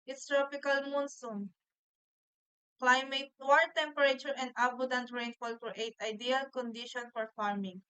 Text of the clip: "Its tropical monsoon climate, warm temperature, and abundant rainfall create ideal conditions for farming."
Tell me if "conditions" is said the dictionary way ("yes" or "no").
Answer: no